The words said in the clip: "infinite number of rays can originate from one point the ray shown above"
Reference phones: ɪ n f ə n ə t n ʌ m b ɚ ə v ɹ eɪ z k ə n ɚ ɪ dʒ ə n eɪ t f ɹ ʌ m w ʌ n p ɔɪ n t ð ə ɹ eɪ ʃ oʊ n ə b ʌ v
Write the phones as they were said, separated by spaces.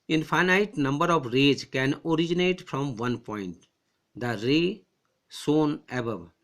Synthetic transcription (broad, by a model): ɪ n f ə n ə t n ʌ m b ɚ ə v ɹ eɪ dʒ k ə n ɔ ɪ dʒ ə n eɪ t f ɹ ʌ m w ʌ n p ɔɪ n t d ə ɹ eɪ s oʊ n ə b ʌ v